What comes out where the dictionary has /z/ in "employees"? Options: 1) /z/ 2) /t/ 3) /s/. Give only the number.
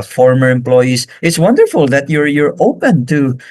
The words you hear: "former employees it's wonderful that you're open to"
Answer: 3